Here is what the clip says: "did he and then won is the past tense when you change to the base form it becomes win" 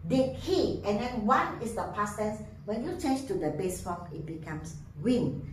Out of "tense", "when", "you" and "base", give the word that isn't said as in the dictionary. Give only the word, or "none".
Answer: tense